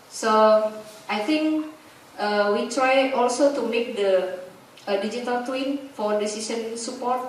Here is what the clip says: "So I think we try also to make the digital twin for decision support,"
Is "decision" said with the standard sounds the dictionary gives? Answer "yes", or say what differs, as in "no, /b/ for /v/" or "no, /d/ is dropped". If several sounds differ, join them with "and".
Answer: no, /s/ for /ʒ/